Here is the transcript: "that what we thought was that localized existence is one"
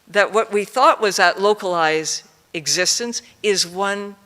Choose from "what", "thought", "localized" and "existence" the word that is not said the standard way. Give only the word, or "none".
none